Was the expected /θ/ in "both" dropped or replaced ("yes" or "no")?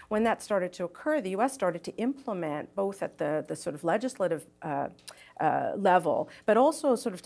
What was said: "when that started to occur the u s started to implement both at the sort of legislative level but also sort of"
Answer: no